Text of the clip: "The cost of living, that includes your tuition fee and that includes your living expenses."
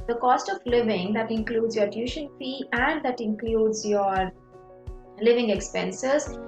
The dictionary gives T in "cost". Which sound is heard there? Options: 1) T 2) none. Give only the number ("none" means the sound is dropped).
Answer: 1